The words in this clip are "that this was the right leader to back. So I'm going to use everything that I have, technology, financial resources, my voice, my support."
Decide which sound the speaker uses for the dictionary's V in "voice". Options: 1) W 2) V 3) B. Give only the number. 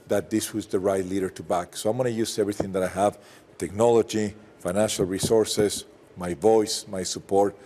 2